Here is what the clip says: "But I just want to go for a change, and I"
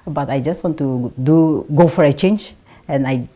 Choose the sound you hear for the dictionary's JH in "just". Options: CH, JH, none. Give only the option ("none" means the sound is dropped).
JH